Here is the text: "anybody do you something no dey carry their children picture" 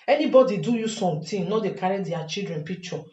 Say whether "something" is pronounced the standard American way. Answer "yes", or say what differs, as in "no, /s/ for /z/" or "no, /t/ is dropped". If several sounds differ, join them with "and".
no, /t/ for /θ/